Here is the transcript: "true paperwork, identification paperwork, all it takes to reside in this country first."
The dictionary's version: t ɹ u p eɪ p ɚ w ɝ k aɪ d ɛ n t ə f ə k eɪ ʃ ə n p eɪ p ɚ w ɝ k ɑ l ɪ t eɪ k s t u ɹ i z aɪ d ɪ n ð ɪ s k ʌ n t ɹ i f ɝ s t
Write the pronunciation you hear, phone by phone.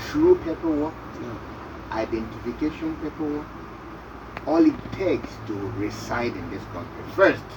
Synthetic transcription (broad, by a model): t ɹ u p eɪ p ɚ w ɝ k aɪ d ɛ n t ə f ə k eɪ ʃ ə n p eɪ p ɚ w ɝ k ɑ l ɪ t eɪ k s t u ɹ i s aɪ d ɪ n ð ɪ s k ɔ n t i f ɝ s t